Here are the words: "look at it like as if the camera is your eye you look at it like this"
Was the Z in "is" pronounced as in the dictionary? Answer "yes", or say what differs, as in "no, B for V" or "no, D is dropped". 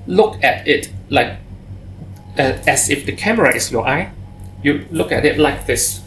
no, S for Z